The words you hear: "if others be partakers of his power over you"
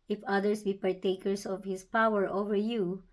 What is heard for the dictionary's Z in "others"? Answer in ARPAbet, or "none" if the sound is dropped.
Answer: S